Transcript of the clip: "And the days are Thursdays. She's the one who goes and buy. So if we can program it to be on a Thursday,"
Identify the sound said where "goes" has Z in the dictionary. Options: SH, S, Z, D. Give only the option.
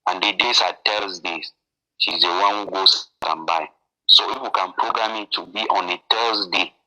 S